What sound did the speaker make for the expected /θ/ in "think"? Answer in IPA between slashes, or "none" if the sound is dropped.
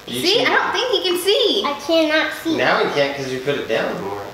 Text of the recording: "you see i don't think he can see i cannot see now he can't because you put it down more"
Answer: /θ/